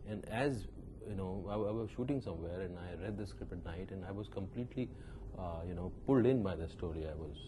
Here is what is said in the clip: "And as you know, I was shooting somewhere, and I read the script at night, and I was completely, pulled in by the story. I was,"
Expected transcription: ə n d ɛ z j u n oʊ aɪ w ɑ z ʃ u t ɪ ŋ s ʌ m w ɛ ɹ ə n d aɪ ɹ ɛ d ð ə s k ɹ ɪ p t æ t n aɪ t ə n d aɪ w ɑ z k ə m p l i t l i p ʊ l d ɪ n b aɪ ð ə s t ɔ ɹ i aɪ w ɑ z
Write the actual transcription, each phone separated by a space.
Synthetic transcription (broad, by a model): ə n d ɛ z j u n oʊ aɪ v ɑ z ʃ u t ɪ ŋ s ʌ m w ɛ ɹ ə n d aɪ ɹ ɛ d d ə s k ɹ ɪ p ʌ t n aɪ t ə n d aɪ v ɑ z k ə m p l i t l i p ʊ l d ɪ n b aɪ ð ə s t ɔ ɹ i aɪ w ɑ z